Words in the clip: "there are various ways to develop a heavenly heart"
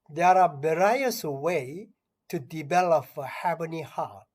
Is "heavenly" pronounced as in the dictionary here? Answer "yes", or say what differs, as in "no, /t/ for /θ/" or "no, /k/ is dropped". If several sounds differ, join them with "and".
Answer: no, /l/ is dropped